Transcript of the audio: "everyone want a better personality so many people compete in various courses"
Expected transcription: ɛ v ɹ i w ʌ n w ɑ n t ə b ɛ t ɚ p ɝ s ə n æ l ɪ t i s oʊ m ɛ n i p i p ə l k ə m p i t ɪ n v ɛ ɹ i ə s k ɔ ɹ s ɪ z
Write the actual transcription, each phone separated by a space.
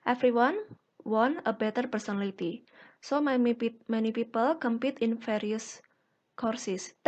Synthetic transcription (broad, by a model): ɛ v ɹ i w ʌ n w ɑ n ə b ɛ t ɚ p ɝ s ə n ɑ l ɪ t i s oʊ m ɛ n i p i p ə l k ə m p i t ɪ n f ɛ ɹ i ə s k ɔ ɹ s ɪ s